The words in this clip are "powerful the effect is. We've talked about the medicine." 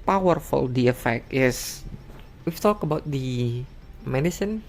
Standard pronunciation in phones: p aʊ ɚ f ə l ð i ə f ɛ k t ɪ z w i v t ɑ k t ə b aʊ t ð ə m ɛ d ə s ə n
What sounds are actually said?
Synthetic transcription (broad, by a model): p aʊ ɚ f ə l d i ə f ɛ k t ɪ s w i f t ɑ k ə b aʊ t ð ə m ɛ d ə s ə n